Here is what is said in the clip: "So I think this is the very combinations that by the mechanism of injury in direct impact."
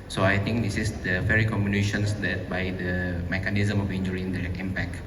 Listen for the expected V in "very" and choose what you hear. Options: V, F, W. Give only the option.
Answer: F